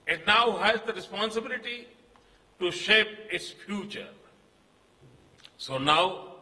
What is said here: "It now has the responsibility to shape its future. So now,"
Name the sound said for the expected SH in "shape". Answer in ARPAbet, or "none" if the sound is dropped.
SH